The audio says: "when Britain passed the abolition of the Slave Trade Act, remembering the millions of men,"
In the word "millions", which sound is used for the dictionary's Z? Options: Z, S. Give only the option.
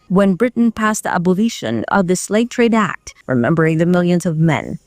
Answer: Z